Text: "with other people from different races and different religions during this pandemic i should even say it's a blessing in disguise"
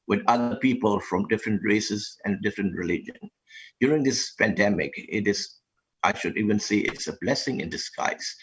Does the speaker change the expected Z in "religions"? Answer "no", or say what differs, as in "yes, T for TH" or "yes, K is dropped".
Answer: yes, Z is dropped